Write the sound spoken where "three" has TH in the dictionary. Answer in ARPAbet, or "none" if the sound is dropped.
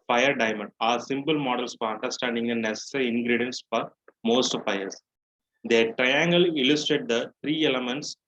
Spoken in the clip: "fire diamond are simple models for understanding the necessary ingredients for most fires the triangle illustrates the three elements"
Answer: T